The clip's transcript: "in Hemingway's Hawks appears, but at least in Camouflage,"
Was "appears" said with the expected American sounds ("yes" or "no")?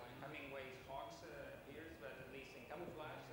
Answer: yes